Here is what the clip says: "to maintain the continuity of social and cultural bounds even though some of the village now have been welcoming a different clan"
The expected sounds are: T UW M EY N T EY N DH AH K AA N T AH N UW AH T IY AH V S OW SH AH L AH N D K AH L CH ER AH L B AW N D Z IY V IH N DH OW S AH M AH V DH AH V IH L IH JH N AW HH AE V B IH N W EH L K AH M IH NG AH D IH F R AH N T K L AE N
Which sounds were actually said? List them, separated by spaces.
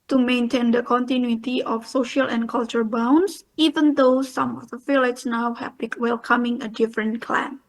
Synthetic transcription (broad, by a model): T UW M EY N T EY N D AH K AA N T AH N UW AH T IY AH F S OW SH AH L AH N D K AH L CH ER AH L B AW N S IY V IH N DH OW S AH M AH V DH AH F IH L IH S N AW HH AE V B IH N W EH L K AH M IH NG AH D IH F R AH N K L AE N